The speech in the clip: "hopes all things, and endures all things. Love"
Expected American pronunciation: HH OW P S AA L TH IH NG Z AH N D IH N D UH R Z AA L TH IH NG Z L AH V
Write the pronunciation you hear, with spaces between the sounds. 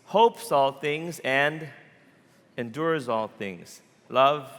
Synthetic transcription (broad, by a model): HH OW P S AA L TH IH NG Z AH N D IH N D UH R Z AA L TH IH NG Z L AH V